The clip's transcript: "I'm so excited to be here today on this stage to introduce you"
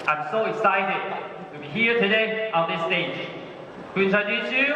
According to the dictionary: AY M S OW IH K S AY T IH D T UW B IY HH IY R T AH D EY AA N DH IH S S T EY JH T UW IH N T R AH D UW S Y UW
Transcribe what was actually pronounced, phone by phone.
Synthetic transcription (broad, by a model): AY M S OW IH K S AY T IH D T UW B IY HH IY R T AH D EY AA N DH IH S S T EY JH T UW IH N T AH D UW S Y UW